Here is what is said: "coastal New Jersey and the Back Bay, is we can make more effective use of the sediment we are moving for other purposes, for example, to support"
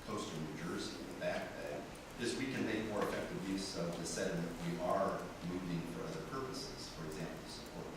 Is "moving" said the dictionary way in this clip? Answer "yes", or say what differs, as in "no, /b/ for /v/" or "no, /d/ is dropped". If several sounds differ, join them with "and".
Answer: yes